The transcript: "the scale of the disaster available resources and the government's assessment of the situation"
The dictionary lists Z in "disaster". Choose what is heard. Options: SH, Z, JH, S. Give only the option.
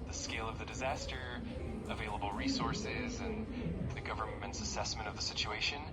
Z